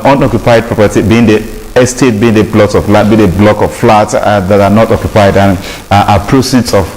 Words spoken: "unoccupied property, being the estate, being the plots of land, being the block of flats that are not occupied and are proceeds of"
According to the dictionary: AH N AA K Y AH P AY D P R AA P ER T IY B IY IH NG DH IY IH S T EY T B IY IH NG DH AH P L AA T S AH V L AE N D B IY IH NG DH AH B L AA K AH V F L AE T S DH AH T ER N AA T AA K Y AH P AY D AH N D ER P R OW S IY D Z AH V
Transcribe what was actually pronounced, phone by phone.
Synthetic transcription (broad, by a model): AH N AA K Y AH P AY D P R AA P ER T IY B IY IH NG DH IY IH S T EY T B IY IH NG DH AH B L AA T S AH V L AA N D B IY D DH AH B L AA K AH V F L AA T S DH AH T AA N AA T AA K Y AH P AY D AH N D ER P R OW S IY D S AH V